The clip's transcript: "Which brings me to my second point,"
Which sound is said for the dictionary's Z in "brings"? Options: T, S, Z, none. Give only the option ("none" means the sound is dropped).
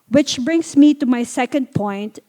S